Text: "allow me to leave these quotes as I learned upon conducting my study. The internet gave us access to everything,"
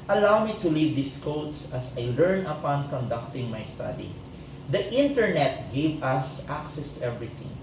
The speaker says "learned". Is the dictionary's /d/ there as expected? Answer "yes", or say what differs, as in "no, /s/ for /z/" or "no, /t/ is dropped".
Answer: no, /d/ is dropped